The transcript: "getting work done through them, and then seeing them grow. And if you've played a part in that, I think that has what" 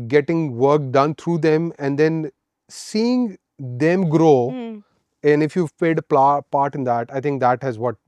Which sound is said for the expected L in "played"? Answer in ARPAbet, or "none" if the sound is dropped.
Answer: none